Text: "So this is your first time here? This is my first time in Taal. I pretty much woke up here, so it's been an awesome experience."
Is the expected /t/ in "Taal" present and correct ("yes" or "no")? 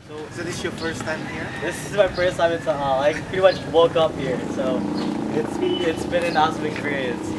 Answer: no